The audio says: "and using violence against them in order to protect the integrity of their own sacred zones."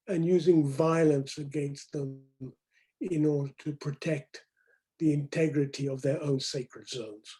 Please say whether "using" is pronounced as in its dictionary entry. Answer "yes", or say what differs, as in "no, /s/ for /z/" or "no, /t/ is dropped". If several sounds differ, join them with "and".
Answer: yes